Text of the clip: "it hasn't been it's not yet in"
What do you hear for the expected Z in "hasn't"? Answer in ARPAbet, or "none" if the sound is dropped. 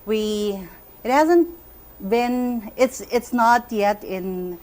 Z